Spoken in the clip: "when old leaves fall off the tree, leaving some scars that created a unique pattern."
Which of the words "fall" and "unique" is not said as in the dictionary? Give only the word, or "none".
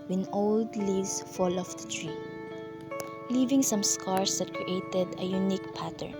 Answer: none